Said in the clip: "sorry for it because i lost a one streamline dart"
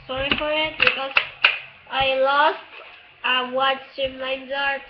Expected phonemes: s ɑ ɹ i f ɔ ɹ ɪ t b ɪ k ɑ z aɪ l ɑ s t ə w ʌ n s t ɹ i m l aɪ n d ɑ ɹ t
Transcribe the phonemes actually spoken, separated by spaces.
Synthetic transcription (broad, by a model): s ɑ ɹ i f ɔ ɹ ɪ t b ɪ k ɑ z aɪ l ɑ s t ə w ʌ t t i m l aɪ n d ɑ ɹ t